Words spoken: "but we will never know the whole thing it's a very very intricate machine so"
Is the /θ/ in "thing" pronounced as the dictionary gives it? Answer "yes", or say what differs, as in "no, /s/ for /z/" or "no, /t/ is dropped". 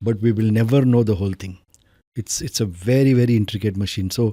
no, /t/ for /θ/